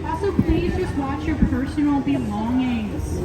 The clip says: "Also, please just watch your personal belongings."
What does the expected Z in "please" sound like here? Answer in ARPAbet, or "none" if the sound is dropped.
Z